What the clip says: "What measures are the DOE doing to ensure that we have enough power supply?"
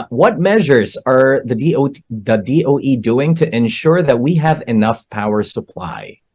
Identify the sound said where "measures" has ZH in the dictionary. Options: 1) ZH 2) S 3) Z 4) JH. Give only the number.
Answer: 1